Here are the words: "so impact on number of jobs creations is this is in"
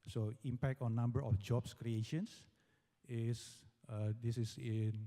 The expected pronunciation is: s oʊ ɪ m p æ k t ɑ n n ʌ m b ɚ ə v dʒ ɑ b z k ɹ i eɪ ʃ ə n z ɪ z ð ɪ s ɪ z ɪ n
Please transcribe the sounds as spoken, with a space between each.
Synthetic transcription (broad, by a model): s oʊ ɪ m p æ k t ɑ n n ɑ m b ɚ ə f dʒ ɑ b s k ɹ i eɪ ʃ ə n s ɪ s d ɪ s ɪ s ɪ n